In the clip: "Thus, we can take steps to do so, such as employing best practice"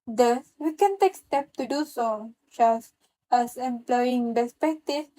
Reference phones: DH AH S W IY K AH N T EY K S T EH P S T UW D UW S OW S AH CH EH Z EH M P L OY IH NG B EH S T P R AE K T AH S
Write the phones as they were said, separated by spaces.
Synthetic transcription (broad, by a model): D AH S W IY K AH N T EY K S T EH P T UW D UW S OW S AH S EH S EH M P L OY IH NG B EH S P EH K T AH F